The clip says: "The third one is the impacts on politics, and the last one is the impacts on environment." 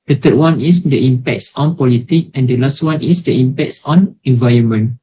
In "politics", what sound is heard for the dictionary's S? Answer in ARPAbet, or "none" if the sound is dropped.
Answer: none